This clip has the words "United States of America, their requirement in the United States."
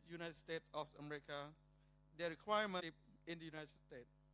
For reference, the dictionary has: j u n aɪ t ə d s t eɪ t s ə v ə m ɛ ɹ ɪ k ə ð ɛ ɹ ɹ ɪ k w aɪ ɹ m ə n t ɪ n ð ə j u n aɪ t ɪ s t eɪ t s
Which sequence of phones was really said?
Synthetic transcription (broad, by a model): j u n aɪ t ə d s t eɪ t ə f ə m ɛ ɹ ɪ k ə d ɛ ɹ ɹ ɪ k w aɪ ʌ m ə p ɪ n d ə j u n aɪ t ɪ s t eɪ t